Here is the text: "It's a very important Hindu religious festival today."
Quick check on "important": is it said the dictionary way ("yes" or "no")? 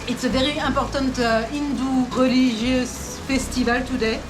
no